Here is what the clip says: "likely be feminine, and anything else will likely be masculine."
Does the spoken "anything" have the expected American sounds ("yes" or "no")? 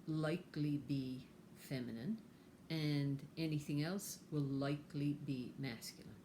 yes